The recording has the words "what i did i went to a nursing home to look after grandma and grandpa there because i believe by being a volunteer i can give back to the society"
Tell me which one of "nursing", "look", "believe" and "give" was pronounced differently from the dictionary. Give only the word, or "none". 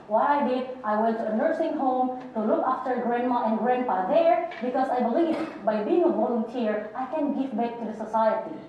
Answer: none